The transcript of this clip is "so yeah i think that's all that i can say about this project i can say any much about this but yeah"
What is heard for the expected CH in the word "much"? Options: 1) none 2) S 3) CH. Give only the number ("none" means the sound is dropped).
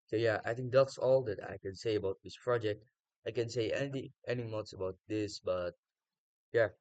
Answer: 2